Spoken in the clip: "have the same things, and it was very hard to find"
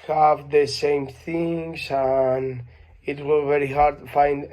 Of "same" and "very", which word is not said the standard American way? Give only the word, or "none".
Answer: none